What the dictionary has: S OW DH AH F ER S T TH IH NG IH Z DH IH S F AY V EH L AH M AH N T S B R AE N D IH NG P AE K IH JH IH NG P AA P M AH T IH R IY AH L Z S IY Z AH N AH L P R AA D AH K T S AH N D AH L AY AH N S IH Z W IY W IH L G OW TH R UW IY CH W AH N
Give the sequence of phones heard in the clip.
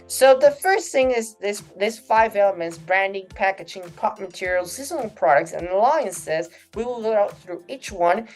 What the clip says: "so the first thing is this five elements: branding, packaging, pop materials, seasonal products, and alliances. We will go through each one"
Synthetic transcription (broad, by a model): S OW DH AH F ER S T TH IH NG IH Z DH IH S F AY V EH L AH M AH N T S B R AE N D IH NG P AE K IH JH IH NG P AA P M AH T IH R IY L S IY Z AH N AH L P R AA D AH K T S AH N AH L AY AH N S IH Z W IY W IH L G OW TH R UW IY CH W AH N